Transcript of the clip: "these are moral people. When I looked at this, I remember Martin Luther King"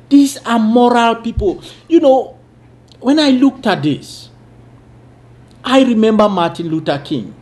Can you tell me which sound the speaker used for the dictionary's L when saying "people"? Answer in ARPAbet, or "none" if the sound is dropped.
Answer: N